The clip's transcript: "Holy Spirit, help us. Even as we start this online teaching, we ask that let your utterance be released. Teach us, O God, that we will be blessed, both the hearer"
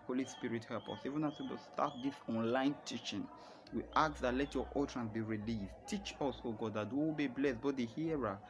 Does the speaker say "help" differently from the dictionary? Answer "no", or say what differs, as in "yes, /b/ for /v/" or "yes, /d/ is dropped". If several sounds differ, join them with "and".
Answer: yes, /l/ is dropped